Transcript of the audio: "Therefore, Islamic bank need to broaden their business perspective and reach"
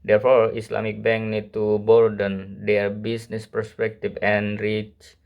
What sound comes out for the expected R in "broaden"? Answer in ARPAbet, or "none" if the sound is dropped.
none